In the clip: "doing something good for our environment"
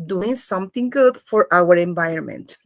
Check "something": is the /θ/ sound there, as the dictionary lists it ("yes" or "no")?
no